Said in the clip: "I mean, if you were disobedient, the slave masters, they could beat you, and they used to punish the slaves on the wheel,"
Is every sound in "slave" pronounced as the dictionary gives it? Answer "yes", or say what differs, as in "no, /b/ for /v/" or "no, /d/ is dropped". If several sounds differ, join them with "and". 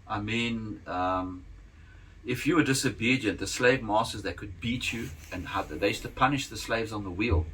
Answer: yes